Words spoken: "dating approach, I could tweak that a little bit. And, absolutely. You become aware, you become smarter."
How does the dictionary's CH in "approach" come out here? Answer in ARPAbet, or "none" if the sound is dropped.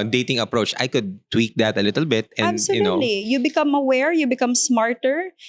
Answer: CH